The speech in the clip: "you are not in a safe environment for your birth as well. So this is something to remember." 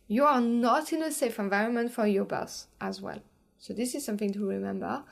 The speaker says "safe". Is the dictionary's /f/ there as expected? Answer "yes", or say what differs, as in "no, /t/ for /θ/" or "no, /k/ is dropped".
yes